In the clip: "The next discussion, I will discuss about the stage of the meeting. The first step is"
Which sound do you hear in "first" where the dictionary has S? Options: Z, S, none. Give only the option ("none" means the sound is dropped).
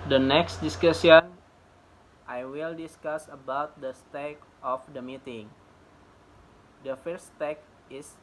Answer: none